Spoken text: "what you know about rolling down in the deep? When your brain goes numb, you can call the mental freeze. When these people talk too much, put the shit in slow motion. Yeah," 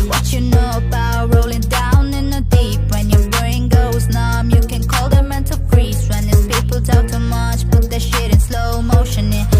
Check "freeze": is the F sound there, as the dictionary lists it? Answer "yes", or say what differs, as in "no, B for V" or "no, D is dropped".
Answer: no, P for F